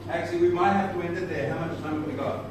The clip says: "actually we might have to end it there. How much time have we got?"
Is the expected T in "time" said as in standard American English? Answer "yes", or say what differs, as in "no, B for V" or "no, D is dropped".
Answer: no, S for T